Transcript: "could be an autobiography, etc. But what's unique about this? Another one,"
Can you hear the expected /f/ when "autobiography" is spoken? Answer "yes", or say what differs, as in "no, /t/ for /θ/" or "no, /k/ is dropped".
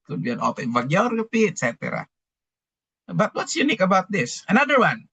no, /p/ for /f/